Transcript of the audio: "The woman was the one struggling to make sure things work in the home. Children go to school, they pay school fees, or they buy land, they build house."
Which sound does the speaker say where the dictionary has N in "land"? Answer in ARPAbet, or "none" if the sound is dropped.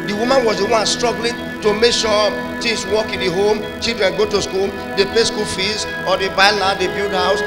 none